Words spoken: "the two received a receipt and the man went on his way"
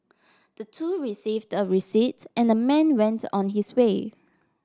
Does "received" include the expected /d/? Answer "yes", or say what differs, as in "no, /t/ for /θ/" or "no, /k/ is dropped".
yes